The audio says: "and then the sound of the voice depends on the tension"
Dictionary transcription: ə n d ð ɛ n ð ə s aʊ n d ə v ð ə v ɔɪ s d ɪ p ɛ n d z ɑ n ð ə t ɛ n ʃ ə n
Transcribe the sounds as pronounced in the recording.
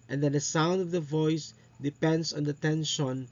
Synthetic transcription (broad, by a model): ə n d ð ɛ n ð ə s aʊ n d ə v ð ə v ɔɪ s d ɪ p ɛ n d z ɑ n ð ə t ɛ n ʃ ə n